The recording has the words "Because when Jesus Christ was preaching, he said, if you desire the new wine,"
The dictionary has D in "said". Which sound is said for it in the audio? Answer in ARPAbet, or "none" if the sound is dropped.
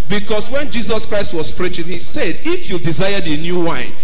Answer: D